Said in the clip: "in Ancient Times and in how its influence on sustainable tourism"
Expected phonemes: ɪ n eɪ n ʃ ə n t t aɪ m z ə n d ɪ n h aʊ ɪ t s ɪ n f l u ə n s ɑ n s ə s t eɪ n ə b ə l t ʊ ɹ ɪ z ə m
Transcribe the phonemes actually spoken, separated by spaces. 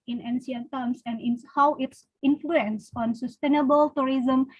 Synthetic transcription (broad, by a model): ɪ n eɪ n s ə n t t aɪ m s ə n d ɪ n h aʊ ɪ t s ɪ n f l u ə n s ɑ n s ə s t eɪ n ə b ə l t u ɹ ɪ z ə m